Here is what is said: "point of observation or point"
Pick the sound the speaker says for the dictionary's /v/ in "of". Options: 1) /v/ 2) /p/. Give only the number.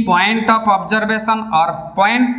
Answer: 2